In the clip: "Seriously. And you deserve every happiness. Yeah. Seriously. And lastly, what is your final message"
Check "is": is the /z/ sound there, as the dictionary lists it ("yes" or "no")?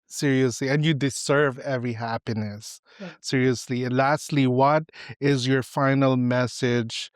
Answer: yes